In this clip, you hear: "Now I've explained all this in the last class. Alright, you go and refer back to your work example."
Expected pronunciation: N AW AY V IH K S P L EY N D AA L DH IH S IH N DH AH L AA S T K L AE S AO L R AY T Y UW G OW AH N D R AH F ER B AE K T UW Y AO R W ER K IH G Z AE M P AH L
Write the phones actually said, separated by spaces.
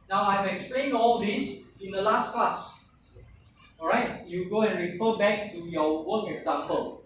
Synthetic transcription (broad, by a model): N AW AY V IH K S P L EY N AA L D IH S IH N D AH L AA S T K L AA S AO R AY T Y UW G OW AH N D R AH F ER B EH K T UW Y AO W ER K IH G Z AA M P AH L